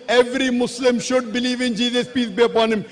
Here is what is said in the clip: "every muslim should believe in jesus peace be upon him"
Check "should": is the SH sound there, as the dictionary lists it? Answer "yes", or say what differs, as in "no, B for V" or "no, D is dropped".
yes